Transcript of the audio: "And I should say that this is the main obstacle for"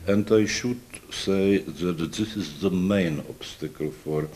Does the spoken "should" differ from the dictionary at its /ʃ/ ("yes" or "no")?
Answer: no